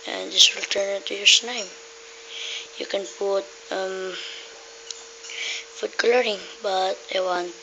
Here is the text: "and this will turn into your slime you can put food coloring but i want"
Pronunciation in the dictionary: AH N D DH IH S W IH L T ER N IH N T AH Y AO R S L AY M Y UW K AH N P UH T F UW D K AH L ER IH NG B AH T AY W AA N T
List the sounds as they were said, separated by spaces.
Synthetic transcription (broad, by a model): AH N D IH S W IH L T ER N IH N T AH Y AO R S N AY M Y UW K AH N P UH T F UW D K L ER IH NG B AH T AY W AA N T